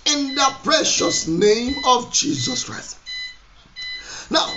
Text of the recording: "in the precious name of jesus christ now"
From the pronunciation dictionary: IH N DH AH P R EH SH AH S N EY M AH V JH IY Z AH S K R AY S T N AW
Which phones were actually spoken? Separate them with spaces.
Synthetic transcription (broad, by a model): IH N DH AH P R EH SH AH S N EY M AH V JH IY Z AH S K R AY S T N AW